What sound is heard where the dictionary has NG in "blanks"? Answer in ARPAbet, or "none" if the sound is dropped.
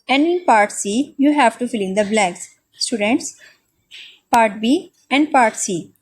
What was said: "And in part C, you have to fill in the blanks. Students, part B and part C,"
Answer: none